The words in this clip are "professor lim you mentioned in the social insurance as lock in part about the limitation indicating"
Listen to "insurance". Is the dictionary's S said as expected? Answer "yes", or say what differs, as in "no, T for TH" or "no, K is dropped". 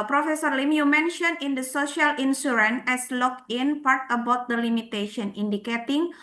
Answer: no, S is dropped